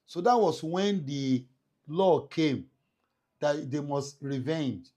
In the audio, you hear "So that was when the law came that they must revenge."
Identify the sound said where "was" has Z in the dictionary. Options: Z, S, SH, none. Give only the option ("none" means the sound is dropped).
S